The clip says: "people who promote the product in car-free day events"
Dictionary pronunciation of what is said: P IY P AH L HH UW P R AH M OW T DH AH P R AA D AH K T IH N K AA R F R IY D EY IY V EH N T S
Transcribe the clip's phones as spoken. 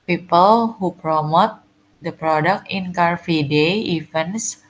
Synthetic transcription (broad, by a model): P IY P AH L HH UW P R AH M OW T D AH P R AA D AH K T IH N K AA R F IY D EY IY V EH N S